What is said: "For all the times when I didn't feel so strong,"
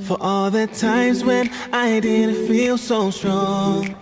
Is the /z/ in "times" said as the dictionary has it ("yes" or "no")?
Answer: yes